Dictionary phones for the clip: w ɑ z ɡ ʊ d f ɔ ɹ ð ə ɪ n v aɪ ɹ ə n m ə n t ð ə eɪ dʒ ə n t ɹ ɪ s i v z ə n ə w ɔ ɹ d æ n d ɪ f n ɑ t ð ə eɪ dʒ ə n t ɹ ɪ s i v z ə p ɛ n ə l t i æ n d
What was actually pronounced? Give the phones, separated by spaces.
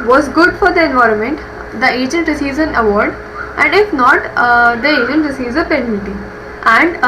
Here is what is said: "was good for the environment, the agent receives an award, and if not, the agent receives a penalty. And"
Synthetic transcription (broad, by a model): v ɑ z ɡ ʊ d f ɔ ɹ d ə ɪ n v aɪ ɹ ə n m ə n t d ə eɪ dʒ ə n t ɹ ɪ s i v z ə n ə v ɔ ɹ d æ n d ɪ f n ɑ t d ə eɪ dʒ ə n t ɹ ɪ s i v z ə p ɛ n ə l t i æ n d